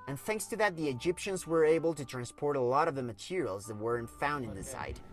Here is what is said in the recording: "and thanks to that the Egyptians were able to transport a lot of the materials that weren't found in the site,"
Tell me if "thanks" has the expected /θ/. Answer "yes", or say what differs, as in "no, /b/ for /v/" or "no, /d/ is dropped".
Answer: yes